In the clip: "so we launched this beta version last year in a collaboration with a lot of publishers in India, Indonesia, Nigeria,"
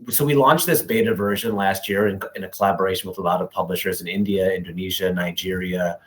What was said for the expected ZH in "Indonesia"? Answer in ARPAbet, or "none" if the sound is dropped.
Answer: ZH